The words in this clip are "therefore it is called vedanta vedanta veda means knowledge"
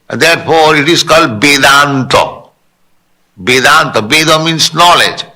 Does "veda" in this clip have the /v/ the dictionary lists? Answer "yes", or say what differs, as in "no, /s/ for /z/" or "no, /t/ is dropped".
no, /b/ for /v/